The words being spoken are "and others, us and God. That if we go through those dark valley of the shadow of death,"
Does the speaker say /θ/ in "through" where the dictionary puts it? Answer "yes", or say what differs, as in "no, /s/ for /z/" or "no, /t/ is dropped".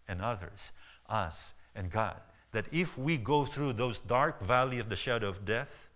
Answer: yes